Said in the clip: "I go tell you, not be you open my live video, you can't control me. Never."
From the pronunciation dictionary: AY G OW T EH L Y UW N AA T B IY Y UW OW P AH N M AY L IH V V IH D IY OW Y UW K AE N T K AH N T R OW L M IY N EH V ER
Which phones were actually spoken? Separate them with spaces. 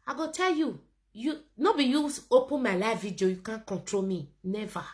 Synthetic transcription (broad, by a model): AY G OW T EH L Y UW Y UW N B IY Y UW OW P AH N M AY L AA F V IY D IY OW Y UW K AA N K AH N T R OW L M IY N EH V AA